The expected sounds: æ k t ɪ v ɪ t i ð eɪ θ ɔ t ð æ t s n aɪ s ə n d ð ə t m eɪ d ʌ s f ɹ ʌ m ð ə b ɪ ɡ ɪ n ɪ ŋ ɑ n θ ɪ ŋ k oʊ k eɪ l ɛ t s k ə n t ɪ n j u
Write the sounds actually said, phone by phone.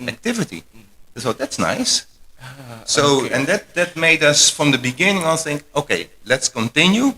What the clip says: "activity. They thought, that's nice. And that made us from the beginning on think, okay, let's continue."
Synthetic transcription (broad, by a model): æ k t ɪ v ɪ t i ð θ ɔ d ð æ t s n aɪ s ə n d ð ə t m eɪ d ʌ s f ɹ ʌ m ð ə b ɪ ɡ ɪ n ɪ ŋ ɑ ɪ θ ɪ ŋ k oʊ k eɪ l ɛ t s k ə n t ɪ n j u